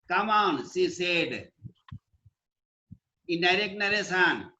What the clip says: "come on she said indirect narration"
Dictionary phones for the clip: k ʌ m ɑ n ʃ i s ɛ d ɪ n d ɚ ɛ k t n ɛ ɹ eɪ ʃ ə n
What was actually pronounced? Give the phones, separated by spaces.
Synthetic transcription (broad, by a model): k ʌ m ɑ n s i s ɛ d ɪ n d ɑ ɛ k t n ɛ ɹ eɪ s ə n